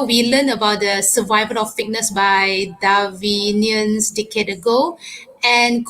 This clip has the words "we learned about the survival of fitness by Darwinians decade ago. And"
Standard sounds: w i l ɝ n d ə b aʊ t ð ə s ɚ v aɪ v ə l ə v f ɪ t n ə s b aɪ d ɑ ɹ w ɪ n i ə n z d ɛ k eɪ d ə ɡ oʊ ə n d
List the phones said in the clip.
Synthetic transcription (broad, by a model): w i l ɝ n ə b aʊ t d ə s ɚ v aɪ v ə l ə f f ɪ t n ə s b aɪ d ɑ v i n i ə n s d ɛ k eɪ d ə ɡ oʊ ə n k